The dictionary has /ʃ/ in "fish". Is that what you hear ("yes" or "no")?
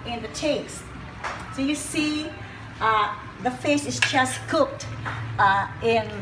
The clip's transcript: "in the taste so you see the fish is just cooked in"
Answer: no